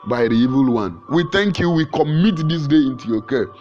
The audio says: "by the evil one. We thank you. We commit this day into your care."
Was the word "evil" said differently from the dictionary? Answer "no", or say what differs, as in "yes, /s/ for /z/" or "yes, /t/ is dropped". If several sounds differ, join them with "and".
no